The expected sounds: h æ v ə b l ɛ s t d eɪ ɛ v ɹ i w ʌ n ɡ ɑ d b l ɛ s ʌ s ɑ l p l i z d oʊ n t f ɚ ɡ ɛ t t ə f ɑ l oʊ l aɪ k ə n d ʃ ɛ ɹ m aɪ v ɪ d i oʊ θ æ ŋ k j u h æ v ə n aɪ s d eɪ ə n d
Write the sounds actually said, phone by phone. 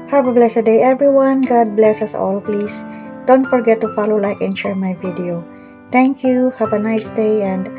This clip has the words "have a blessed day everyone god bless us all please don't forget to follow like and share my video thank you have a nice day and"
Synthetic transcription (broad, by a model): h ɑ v ə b l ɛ s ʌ d eɪ ɛ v ɹ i w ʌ n ɡ ɑ d b l ɛ s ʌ s ɑ l p l i s d oʊ n t f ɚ ɡ ɛ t t ə f ɑ l oʊ l aɪ k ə n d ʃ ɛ ɹ m aɪ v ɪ d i oʊ t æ ŋ k j u h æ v ə n aɪ s d eɪ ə n d